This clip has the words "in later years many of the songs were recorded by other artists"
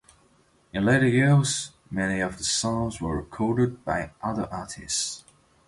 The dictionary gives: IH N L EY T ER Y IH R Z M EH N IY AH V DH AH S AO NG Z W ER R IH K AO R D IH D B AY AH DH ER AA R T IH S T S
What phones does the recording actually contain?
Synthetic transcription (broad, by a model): IH N L EY T ER Y IH R Z M EH N IY AH V DH AH S AO NG Z W ER R IH K AO R D IH D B AY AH DH ER AA R T IH S T S